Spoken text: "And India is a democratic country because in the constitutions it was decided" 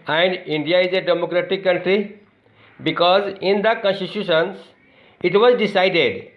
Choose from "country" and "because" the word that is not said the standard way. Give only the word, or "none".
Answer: none